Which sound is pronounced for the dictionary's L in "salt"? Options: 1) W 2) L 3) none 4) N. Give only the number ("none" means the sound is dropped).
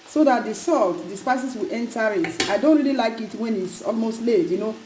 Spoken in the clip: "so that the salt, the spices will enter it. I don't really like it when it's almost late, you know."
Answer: 2